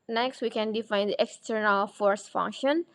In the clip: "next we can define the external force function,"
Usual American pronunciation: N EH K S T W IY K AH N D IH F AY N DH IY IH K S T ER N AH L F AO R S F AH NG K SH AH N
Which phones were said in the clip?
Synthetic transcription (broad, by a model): N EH K S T W IY K AH N D IH F AY N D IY IH K S T ER N AH L F AO R S F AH NG K SH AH N